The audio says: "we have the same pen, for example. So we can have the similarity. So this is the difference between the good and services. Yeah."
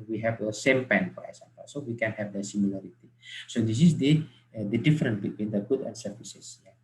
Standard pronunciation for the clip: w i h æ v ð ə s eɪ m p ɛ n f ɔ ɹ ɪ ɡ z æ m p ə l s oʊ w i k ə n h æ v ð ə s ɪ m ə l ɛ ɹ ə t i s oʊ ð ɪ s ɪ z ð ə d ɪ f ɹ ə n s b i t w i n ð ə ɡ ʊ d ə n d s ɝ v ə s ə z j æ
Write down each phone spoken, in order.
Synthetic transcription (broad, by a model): w i h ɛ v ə s eɪ m p ɛ n f ɔ ɹ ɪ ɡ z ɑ m p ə l s oʊ w i k ə n h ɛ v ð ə s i m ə l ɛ ɹ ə t i s oʊ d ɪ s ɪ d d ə d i f ɹ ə n b i t w i n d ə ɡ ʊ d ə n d s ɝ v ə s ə s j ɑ